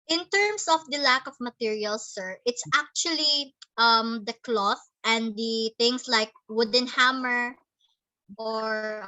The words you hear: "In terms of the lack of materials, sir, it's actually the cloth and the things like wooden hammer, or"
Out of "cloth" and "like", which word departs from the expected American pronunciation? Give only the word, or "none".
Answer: none